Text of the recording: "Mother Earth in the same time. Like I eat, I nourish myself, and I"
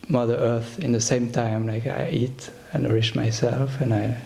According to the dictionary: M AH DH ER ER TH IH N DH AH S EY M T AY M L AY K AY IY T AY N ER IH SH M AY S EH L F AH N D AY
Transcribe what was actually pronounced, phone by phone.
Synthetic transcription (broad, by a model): M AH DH ER ER TH IH N DH AH S EY M T AY M L AY K AY IY T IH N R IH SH M AY S EH L F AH N AY